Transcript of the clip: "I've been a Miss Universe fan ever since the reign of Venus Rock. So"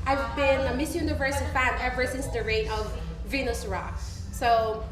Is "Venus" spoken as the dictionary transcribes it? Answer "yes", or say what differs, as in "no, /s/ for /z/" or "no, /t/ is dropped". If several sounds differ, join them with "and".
yes